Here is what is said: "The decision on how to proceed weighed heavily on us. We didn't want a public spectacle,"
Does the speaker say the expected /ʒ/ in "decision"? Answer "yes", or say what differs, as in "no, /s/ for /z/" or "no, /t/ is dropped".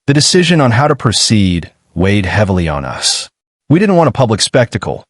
yes